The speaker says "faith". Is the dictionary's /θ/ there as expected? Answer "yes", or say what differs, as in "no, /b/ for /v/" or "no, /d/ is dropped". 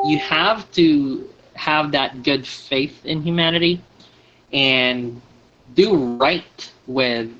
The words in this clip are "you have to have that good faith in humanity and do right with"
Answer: yes